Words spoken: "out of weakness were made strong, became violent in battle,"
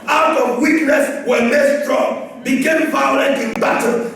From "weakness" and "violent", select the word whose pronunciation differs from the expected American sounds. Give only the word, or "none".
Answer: violent